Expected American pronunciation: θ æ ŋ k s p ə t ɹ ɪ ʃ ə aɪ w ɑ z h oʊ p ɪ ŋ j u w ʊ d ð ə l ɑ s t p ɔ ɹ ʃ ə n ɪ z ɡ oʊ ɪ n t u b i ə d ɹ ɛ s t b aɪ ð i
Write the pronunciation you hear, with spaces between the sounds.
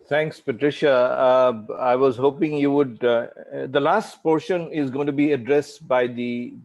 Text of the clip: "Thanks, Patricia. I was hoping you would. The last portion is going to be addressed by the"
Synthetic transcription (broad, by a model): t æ ŋ k s p ə t ɹ ɪ ʃ ə aɪ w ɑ z h oʊ p ɪ ŋ j u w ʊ d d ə l ɑ s t p ɔ ɹ ʃ ə n ɪ z ɡ oʊ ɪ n t u b i ə d ɹ ɛ s t b aɪ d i